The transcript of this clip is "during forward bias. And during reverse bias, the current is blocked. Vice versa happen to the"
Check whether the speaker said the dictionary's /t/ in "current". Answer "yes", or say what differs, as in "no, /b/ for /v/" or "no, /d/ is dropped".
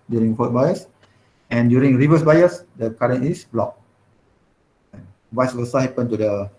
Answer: no, /t/ is dropped